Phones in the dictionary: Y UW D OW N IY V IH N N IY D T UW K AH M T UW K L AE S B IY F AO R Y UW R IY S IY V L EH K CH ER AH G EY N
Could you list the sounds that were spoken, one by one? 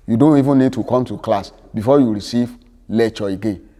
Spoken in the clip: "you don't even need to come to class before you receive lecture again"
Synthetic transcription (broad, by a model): Y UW D OW N IY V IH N N IY D T UW K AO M T UW K L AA S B IY F AO Y UW R IY S IY V L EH CH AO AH G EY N